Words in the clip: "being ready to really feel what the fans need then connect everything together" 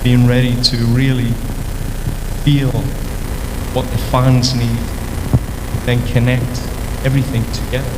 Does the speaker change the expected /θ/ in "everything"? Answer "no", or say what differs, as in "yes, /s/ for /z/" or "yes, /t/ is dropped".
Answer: no